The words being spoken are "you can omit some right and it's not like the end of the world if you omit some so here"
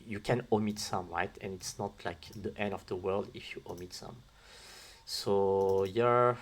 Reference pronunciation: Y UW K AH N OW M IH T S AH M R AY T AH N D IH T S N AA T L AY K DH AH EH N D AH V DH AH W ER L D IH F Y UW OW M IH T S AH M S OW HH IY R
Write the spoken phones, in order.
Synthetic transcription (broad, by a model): Y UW K AH N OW M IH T S AH M R AY T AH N IH T S N AA T L AY K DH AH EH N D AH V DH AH W ER L D IH F Y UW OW M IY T S AH M S OW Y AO R